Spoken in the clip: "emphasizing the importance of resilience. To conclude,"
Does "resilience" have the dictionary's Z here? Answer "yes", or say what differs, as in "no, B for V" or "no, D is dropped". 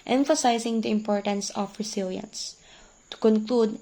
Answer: no, S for Z